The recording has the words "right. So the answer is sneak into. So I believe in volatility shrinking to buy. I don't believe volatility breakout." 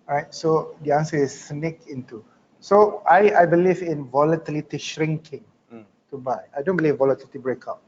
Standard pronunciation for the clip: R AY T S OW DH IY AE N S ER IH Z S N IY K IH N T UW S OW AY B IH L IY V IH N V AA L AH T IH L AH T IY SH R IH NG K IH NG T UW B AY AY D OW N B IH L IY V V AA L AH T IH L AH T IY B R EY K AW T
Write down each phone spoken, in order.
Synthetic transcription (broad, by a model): R AY T S OW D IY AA N S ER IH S N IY K IH N T UW S OW AY B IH L IY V IH N V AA L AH T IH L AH T IY SH R IH NG K IH NG T UW B AY AY D OW N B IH L IY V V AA L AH T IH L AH T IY B R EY K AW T